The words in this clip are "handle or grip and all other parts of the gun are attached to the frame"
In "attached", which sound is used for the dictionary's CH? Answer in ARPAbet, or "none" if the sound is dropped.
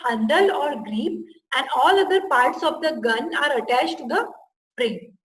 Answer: CH